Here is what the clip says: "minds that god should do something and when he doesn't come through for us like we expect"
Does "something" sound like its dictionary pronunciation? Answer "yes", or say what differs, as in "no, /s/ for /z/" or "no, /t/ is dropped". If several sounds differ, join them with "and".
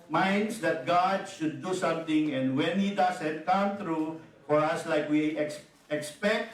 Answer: no, /t/ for /θ/